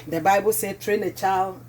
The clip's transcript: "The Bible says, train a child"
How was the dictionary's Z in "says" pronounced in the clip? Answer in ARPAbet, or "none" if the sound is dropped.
none